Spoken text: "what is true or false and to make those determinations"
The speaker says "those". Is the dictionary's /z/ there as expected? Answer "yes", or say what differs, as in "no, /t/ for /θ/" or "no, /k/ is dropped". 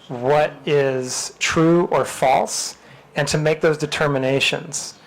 yes